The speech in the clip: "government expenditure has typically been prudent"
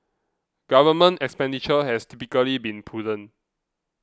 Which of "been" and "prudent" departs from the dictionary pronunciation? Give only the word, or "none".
prudent